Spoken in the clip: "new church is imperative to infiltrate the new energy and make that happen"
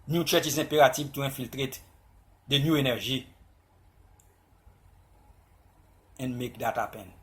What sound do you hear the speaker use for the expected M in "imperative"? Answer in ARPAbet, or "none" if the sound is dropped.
none